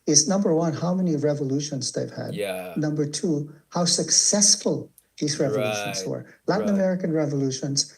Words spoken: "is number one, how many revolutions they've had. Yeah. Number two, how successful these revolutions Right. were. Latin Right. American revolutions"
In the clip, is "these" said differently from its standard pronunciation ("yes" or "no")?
no